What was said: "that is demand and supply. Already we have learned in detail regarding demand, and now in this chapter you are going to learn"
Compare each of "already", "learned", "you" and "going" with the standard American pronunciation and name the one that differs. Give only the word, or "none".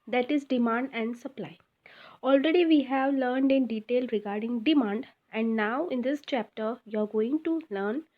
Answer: none